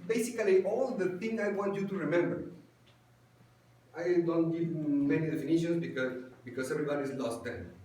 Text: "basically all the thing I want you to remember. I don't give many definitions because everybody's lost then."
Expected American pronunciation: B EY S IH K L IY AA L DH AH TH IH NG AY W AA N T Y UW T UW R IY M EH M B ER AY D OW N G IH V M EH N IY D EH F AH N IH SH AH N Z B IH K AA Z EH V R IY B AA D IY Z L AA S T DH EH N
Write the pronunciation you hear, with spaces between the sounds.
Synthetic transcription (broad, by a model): B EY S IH K L IY AA L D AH T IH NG AY W AA N T Y UW T UW R IY M EH M B ER AY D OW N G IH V M EH N IY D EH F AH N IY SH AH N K B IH K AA S EH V R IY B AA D IY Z L AA S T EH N